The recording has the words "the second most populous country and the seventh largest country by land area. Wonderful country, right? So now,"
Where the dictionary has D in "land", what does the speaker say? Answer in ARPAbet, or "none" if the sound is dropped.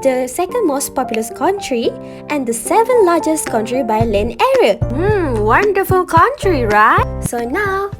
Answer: none